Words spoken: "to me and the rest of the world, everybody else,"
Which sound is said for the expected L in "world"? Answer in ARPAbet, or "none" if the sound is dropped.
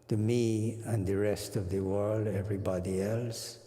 L